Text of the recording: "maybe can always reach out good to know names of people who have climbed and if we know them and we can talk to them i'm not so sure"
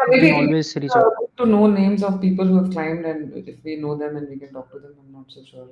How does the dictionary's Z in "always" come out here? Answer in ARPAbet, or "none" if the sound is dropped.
none